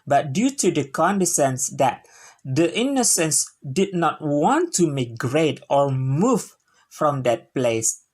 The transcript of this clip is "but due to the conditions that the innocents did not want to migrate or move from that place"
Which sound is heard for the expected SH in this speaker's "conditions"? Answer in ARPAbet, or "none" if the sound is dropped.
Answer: S